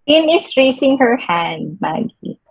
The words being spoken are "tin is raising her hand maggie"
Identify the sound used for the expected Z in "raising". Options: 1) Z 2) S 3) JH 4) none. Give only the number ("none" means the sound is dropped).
2